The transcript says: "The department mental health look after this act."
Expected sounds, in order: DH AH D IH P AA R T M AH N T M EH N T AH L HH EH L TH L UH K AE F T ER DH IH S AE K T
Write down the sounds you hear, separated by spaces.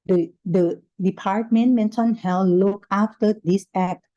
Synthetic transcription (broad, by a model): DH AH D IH P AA R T M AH N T M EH N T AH N HH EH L L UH K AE F T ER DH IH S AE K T